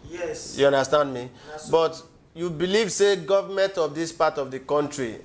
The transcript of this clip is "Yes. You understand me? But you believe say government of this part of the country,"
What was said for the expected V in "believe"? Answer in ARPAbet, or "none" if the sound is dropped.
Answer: V